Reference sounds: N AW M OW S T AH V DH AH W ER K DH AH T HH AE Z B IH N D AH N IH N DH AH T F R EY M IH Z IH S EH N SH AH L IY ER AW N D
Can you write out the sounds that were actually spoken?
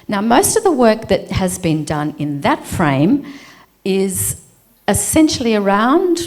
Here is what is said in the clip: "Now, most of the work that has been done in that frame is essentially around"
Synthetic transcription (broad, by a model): N AW M OW S T AH V DH AH W ER K DH AH T HH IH Z B IH N D AH N IH N DH AH T F R EY M IH Z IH S EH N SH L IY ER AW N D